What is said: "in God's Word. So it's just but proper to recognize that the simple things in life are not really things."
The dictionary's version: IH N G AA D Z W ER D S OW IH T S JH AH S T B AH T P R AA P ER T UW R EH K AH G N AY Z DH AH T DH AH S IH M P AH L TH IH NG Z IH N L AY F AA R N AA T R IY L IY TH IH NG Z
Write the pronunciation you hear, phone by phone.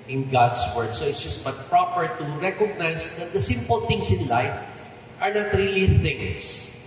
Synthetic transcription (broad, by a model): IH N G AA D S W ER D S OW IH T S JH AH S T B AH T P R AA P ER T UW R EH K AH G N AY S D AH T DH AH S IH M P AH L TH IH NG S IH N L AY F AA R N AA T R IY L IY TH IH NG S